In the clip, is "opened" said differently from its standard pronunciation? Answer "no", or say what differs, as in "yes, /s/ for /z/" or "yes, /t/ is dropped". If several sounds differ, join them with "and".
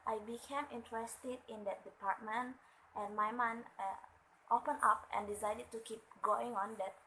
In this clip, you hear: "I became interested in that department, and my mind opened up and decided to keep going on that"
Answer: yes, /d/ is dropped